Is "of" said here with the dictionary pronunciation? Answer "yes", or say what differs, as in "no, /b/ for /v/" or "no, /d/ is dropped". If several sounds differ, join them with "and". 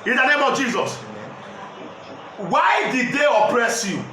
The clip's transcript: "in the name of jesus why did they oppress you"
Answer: yes